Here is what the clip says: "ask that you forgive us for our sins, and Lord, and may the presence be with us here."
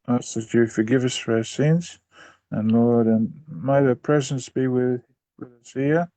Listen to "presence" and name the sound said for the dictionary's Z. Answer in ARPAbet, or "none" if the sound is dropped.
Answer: Z